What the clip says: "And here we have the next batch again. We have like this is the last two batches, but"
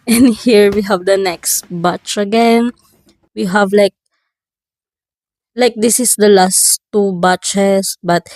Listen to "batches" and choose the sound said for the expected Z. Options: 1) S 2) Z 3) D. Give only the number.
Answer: 1